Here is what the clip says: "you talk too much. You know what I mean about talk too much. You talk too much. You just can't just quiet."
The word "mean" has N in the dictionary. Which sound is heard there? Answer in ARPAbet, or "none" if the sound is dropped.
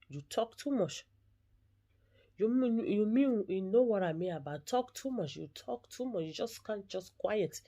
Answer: none